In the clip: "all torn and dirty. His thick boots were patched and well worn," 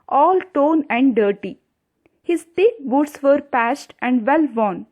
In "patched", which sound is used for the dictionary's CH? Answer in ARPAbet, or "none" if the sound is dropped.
S